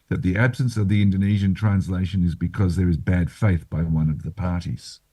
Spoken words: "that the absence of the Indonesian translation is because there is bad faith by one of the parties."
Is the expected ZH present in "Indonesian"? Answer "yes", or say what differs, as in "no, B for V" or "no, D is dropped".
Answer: yes